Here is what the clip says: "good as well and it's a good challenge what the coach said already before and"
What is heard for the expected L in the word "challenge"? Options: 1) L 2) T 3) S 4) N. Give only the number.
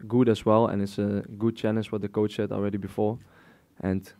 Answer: 4